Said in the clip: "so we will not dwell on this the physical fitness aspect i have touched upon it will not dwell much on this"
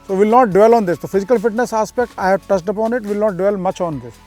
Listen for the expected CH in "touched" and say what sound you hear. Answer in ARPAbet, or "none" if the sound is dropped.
S